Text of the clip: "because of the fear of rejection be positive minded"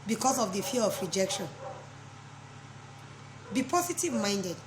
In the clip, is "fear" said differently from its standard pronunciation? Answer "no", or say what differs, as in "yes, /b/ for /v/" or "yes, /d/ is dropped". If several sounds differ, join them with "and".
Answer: yes, /l/ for /ɹ/